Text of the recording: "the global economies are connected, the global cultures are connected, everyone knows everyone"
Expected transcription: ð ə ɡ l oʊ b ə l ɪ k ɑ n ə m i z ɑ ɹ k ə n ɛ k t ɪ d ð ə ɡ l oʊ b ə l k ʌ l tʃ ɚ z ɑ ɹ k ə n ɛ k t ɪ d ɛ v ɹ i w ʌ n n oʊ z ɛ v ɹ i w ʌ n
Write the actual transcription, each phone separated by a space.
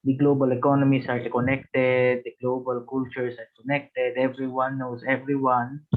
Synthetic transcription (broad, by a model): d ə ɡ l oʊ b ə l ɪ k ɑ n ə m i s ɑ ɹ k ə n ɛ k t ɪ d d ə ɡ l oʊ b ə l k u l tʃ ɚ s ɑ ɹ k ə n ɛ k t ɪ d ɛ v ɹ i w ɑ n n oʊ s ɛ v ɹ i w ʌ n